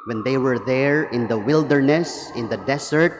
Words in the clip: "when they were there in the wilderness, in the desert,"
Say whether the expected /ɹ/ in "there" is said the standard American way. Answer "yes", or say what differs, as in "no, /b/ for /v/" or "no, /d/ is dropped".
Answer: yes